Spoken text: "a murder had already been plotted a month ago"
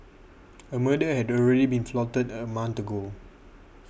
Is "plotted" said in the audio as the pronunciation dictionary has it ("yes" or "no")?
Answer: no